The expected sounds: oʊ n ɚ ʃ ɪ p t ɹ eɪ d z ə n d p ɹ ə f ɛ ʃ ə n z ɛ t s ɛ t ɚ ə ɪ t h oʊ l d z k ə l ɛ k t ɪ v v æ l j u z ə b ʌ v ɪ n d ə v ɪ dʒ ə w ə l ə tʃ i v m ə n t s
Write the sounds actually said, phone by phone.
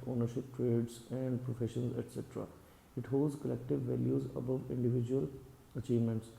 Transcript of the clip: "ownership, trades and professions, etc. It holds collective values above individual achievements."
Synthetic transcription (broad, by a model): oʊ n ɚ ʃ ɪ p t ɹ eɪ d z ə n d p ɹ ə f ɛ ʃ ə n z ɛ t s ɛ t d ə ɪ t h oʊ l d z k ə l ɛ k t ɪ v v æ l j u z ə b ʌ v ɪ n d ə v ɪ dʒ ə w ə l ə tʃ i v m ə n t s